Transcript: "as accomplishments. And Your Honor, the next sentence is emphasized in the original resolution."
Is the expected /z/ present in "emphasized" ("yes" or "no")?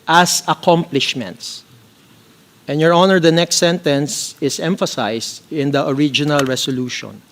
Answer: no